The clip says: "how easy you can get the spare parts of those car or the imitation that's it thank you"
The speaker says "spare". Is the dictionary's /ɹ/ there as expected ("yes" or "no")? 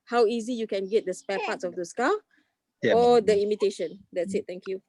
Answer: no